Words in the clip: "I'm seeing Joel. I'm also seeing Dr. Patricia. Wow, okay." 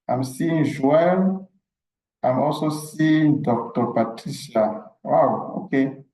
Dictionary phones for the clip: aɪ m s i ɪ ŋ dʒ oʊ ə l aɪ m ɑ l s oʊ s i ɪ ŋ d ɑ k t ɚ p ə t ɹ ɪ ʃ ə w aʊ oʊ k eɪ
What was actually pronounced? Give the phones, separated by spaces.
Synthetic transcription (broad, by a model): aɪ m s i ɪ ŋ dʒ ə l aɪ m ɑ l s oʊ s i ɪ ŋ d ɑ k t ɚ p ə t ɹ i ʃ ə w aʊ oʊ k eɪ